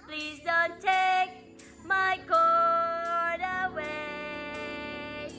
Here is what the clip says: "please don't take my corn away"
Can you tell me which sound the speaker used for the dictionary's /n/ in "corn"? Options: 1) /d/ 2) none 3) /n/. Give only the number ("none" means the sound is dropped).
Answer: 2